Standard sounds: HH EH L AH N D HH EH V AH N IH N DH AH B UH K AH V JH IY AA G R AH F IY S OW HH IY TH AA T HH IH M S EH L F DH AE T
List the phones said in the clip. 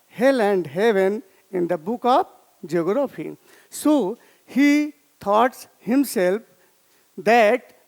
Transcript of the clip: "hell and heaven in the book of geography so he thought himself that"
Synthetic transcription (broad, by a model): HH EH L AH N D HH EH V AH N IH N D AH B UH K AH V JH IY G R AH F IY S OW HH IY T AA T HH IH M S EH L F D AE T